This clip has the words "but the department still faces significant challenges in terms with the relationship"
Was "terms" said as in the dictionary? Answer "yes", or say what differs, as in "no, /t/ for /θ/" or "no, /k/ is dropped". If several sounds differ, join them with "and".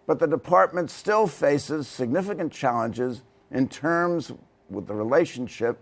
yes